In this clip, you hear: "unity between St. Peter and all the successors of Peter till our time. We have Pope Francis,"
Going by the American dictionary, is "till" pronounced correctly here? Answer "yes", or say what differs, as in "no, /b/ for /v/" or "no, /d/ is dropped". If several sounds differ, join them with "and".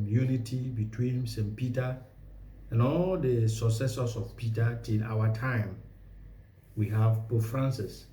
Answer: no, /n/ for /l/